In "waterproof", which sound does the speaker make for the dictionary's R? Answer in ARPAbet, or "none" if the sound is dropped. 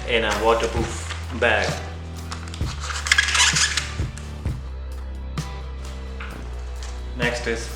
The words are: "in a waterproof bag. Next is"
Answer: none